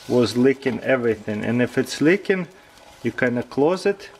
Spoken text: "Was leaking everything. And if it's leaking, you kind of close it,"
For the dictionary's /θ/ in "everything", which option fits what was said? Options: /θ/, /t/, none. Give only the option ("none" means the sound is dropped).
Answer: /θ/